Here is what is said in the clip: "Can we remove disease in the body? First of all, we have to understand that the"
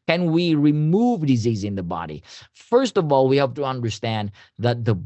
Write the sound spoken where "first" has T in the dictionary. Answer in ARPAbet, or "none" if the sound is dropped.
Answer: T